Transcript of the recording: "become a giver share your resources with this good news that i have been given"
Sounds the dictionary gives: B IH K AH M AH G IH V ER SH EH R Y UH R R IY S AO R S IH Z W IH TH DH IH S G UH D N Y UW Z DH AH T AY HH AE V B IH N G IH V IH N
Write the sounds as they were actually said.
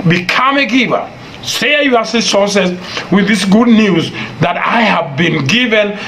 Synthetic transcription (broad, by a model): B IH K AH M AH G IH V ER S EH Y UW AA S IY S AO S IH S W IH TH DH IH S G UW D N Y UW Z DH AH T AY HH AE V B IH N G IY V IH N